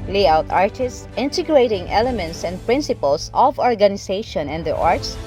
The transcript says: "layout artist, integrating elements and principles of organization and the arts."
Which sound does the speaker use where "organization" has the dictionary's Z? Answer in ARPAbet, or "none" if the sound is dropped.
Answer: S